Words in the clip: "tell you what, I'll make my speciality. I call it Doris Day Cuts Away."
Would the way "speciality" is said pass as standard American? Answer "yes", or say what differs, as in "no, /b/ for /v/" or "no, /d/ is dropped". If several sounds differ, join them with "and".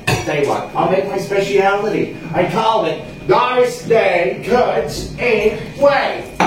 yes